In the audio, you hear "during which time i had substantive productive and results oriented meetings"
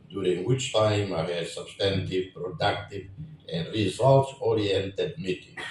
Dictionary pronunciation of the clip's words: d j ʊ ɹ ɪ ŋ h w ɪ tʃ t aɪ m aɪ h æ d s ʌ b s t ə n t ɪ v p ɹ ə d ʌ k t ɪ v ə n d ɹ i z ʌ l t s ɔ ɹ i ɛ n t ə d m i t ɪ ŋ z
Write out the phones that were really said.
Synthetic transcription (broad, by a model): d j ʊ ɹ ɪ ŋ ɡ w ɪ tʃ t aɪ m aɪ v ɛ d s ʌ b s t ə n t ɪ v p ɹ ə d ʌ k t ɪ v ə n d ɹ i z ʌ l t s ɔ ɹ i ɛ n t ə d m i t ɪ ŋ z